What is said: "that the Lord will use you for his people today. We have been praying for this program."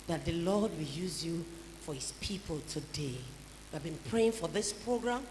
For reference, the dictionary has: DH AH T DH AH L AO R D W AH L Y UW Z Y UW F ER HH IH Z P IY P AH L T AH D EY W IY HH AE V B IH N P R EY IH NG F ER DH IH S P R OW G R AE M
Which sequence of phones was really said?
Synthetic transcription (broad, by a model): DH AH T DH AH L AO D W AH L Y UW Z Y UW F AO HH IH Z P IY P AH L T AH D EY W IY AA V B IH N P R EY IH NG F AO DH IH S P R OW G R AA M